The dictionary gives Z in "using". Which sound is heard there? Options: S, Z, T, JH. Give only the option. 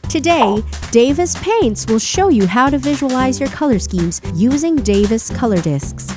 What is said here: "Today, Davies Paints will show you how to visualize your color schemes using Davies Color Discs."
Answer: Z